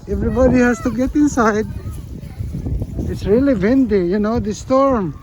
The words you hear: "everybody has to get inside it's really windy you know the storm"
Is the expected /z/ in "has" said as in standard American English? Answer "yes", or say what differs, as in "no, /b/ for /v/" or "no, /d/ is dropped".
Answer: no, /s/ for /z/